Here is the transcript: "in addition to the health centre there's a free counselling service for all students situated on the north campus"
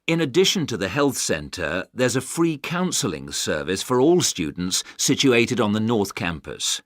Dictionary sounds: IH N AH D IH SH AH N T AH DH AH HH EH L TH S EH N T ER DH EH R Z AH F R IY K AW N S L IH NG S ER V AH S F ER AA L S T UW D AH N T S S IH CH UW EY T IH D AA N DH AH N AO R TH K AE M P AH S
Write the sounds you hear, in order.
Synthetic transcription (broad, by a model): IH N AH D IH SH AH N T AH DH AH HH EH L TH S EH N T ER DH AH R Z AH F R IY K AW N S L IH NG S ER V AH S F ER AA L S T UW D N T S S IH CH UW EY T IH D N DH AH N AO R TH K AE M P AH S